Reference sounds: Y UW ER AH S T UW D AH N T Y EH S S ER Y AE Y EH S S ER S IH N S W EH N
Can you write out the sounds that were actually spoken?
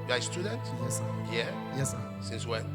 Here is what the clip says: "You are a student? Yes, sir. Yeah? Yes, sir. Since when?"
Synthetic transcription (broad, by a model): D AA AH S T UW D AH N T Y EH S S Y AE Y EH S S S IH N S W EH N